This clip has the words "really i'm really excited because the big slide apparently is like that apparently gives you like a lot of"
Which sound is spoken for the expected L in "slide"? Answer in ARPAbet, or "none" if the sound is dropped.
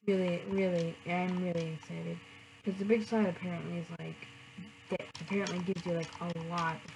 none